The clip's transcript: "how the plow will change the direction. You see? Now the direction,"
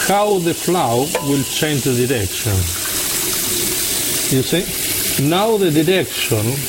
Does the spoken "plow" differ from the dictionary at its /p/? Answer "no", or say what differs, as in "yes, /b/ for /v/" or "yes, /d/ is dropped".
yes, /f/ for /p/